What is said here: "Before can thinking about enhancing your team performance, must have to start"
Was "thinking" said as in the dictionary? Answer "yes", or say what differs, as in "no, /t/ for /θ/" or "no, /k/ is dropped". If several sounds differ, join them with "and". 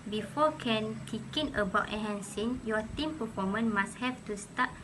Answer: no, /t/ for /θ/ and /ŋ/ is dropped